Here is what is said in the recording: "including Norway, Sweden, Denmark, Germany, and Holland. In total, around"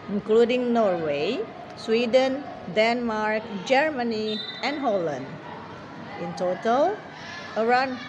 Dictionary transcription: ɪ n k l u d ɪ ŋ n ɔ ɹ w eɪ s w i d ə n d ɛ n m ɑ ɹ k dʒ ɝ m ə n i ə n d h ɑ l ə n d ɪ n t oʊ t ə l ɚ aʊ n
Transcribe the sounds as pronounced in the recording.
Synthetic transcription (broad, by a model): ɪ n k l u d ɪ ŋ n ɔ ɹ w eɪ s w i d ə n d ɛ n m ɑ ɹ k dʒ ɝ m ə n i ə n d h ɑ l ə n d ɪ n t oʊ t ə l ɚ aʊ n